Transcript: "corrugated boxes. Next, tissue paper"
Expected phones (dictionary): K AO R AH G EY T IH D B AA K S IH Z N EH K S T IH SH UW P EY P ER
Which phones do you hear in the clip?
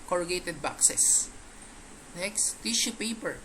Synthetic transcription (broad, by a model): K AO R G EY T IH D B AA K S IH S N EH K S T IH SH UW P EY P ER